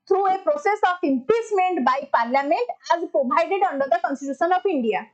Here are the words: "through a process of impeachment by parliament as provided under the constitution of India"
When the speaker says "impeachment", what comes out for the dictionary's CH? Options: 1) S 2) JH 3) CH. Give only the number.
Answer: 1